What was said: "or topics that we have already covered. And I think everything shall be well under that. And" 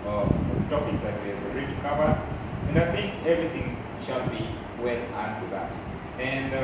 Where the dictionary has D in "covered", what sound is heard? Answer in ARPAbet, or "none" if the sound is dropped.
none